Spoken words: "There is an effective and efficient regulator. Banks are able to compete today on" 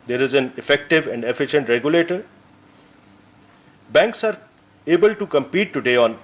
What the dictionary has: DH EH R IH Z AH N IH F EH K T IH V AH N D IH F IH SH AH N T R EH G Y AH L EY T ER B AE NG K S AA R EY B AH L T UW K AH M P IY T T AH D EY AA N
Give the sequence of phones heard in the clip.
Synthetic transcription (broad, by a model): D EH R IH Z AH N IH F EH K T IH V AH N D IH F IH SH AH N T R EH G Y AH L EY T ER B AE NG K S AA R EY B AH L T UW K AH M P IY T T AH D EY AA N